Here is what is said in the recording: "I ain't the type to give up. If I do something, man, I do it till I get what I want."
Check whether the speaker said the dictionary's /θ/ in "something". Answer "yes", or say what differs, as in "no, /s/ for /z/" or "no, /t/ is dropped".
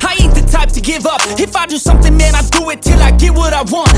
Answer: yes